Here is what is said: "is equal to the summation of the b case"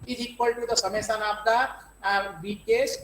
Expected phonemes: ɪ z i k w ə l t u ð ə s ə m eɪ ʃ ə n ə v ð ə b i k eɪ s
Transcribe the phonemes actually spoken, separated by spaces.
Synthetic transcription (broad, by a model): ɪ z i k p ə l t u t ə s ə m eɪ s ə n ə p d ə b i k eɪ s